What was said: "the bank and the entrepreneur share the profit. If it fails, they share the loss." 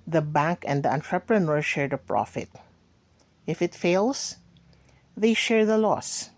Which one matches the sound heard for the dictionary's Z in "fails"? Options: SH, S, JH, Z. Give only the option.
S